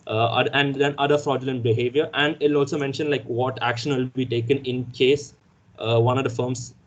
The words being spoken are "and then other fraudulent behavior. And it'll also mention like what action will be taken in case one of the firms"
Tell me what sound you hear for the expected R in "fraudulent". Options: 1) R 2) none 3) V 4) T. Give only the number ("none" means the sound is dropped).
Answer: 1